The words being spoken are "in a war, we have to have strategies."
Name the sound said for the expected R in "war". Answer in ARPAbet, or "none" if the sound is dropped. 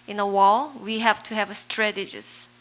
L